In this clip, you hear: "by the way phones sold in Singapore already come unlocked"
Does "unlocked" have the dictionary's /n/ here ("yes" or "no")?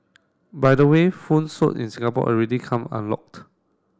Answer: yes